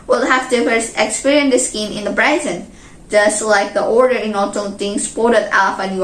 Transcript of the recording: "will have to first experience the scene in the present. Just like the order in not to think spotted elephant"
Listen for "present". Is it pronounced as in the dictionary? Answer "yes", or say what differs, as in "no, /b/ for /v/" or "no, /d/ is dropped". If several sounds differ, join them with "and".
no, /b/ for /p/